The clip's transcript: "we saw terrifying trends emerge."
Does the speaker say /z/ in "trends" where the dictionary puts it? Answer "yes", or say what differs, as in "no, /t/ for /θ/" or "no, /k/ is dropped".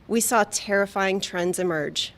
yes